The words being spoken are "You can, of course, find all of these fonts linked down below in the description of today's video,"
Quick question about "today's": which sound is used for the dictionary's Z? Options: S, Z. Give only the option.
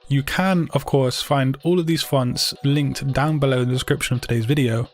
Z